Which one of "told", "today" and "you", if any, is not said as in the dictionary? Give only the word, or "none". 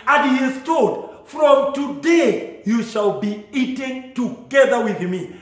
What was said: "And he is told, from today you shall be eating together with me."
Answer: told